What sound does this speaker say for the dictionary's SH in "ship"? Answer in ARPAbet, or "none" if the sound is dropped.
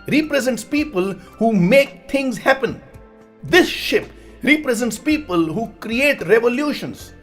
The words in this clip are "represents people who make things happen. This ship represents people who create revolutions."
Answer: SH